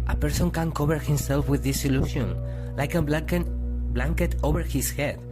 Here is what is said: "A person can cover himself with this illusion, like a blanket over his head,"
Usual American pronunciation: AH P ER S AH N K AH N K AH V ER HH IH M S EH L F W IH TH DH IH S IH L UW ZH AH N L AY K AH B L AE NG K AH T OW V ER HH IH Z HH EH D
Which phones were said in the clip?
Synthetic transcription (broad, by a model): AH P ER S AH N K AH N K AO B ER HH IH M S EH L F W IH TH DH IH S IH L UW SH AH N L AY K AH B L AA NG K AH T OW B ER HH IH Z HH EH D